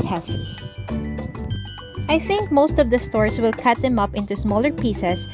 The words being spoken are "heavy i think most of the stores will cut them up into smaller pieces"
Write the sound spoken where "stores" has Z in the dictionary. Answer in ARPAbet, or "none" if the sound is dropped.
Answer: S